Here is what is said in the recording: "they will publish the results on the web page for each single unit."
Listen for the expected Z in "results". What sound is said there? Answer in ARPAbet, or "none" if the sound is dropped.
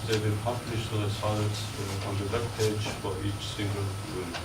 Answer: S